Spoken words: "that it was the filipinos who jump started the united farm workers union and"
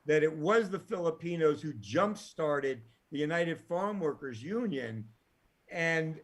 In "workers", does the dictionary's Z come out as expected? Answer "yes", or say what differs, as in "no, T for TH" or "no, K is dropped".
yes